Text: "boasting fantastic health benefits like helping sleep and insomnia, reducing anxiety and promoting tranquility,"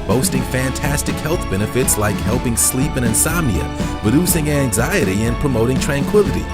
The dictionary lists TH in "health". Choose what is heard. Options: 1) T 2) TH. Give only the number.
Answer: 2